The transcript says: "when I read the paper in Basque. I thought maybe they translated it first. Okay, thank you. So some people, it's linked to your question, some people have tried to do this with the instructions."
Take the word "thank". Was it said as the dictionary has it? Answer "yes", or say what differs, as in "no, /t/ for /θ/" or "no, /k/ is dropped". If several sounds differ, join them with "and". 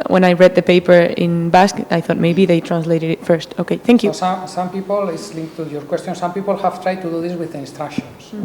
yes